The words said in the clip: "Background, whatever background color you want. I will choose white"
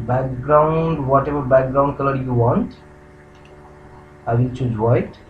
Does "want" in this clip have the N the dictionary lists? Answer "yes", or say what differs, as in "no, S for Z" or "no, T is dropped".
yes